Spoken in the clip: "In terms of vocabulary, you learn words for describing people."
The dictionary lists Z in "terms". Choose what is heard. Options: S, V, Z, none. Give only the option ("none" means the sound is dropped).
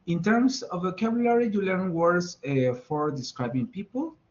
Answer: S